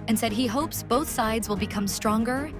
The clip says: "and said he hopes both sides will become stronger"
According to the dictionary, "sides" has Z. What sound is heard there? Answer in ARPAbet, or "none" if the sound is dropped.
Z